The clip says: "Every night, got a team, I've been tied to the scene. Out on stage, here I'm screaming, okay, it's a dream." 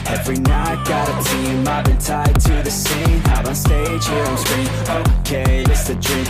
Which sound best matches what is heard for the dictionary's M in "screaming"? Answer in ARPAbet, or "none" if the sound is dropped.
none